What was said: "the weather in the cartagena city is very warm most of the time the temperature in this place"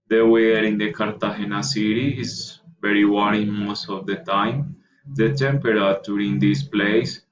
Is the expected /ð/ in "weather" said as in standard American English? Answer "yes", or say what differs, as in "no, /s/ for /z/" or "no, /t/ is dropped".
no, /ð/ is dropped